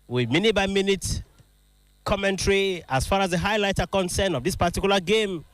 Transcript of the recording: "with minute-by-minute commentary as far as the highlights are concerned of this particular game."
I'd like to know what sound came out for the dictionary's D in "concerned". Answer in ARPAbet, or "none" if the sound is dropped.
none